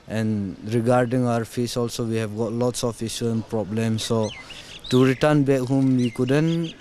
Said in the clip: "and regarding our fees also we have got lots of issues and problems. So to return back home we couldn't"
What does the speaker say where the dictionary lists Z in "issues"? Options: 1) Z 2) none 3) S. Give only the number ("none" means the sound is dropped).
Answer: 2